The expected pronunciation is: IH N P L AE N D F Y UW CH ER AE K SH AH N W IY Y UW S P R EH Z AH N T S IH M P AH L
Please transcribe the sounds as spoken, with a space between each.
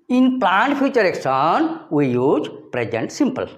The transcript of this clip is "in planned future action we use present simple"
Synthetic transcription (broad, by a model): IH N P L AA N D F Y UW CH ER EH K S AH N W IY Y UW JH P R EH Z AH N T S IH M P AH L